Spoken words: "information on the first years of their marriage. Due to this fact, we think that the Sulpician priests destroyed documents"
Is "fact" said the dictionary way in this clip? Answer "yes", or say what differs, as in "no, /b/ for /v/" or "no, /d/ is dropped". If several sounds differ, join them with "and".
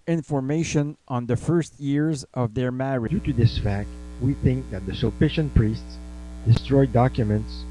yes